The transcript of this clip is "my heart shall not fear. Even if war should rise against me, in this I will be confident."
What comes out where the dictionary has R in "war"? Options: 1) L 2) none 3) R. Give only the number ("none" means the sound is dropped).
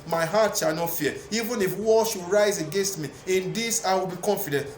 1